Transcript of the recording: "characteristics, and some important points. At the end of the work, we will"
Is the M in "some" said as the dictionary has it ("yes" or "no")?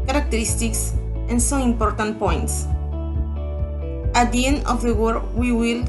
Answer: no